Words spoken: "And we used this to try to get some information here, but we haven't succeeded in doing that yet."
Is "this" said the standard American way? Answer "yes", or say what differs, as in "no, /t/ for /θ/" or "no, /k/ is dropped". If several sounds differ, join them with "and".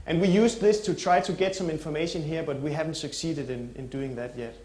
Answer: yes